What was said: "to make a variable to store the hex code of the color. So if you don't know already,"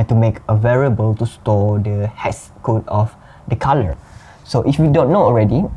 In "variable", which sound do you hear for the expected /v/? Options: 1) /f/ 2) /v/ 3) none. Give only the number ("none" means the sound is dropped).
2